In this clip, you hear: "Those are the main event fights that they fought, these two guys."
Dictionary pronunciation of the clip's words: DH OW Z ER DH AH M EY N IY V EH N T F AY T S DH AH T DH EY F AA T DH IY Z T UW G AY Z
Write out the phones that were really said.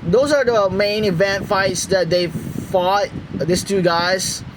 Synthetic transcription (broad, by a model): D OW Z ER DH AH M EY N IY V EH N T F AY T S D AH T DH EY F AA T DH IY S T UW G AY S